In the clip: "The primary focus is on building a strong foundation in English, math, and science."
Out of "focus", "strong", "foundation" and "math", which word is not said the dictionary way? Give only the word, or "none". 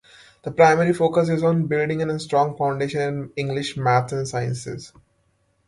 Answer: math